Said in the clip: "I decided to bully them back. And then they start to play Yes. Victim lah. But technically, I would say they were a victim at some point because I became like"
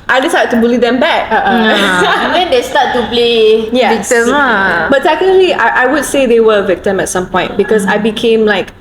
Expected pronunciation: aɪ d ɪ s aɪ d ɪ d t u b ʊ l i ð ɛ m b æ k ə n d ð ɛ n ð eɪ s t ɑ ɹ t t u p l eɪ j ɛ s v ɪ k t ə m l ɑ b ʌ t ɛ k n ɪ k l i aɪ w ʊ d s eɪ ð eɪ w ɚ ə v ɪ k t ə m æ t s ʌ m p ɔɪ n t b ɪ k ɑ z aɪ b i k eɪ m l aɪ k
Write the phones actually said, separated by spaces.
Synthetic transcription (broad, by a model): aɪ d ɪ s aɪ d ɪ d t u b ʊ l i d ɛ m b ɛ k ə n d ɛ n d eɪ s t ɑ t t u p l eɪ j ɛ v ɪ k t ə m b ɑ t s ɛ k ɪ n l i aɪ w ʊ d s eɪ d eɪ w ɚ ə v ɪ k t ə m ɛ t s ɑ m p ɔɪ n t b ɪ k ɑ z aɪ b i k eɪ m l aɪ k